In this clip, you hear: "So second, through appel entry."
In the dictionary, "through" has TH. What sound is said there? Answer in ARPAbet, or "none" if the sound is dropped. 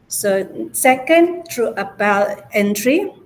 T